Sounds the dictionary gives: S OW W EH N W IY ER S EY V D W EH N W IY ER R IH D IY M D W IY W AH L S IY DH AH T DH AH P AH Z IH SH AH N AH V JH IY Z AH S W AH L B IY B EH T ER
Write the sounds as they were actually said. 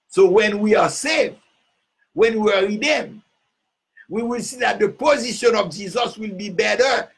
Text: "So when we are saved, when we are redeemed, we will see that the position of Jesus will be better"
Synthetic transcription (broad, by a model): S OW W EH N W IY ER S EY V W EH N W IY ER R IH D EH M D W IY W AH L S IY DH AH T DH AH P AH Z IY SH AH N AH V JH IY Z AH S W AH L B IY B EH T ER